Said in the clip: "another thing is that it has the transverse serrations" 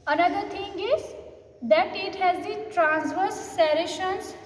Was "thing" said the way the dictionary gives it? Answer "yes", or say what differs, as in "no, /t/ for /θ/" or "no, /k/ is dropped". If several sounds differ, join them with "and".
no, /t/ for /θ/